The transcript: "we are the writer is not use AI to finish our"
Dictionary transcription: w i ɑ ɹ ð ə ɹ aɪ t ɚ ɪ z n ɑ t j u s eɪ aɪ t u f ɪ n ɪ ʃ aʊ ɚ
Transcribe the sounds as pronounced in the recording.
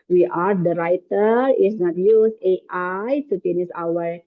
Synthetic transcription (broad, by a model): w i ɑ ɹ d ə ɹ aɪ t ɚ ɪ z n ɑ t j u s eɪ aɪ t u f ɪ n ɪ s aʊ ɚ